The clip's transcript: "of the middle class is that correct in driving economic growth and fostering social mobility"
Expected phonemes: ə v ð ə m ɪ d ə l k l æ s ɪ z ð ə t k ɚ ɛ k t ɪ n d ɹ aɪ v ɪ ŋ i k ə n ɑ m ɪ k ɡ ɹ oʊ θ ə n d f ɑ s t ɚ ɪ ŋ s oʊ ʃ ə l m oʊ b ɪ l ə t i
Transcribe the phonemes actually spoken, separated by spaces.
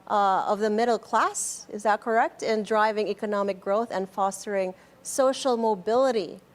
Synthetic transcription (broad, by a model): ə v ð ə m ɪ d l k l æ s ɪ z ð ə t k ɚ ɛ k t ɪ n d ɹ aɪ v ɪ ŋ i k ə n ɑ m ɪ k ɡ ɹ oʊ θ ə n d f ɑ s t ɚ ɪ ŋ s oʊ ʃ l m oʊ b ɪ l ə t i